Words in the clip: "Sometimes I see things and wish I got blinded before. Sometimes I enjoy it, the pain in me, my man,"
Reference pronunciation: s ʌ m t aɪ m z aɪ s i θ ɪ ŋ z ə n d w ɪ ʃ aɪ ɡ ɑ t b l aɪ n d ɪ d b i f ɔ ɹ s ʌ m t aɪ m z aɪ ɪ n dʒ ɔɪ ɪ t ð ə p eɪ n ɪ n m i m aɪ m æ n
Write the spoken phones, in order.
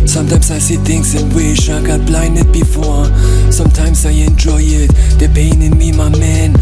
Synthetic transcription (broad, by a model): s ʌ m t aɪ m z aɪ s i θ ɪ ŋ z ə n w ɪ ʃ aɪ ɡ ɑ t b l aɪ n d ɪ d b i f ɔ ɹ s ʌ m t aɪ m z aɪ ɪ n dʒ ɔɪ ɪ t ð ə p eɪ n ɪ n m i m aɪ m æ n